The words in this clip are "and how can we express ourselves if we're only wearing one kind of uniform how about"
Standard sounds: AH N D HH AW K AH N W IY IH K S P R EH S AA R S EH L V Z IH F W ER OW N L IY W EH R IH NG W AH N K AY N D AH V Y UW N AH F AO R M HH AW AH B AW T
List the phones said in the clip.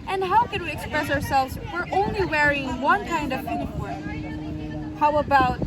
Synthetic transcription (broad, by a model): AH N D HH AW K AH N W IY IH K S P R EH S AA R S EH L V Z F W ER OW N L IY W EH R IH NG W AH N K AY N D AH V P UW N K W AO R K HH AW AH B AW T